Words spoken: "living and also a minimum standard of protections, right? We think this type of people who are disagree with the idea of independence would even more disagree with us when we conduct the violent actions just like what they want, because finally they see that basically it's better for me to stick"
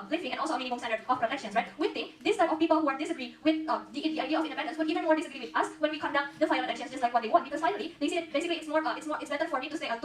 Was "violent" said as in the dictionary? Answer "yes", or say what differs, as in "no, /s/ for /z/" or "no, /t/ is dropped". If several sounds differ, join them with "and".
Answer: no, /f/ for /v/ and /l/ is dropped